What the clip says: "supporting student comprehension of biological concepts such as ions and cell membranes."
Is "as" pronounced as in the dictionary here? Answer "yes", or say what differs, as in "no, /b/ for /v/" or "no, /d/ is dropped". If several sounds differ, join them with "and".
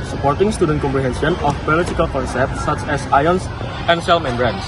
no, /s/ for /z/